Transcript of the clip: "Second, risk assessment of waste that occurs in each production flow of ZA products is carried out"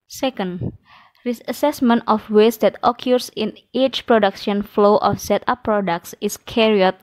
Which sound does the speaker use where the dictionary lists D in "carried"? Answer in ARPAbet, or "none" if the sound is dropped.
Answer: none